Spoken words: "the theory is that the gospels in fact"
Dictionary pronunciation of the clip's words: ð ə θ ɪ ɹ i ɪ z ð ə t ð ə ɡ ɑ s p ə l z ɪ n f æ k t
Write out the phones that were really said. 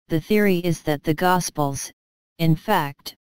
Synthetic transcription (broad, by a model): ð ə θ ɪ ɹ i ɪ z ð ə t ð ə ɡ ɑ s p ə l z ɪ n f æ k t